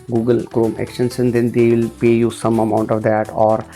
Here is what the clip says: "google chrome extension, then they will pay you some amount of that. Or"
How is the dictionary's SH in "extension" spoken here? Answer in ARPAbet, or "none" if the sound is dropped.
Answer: S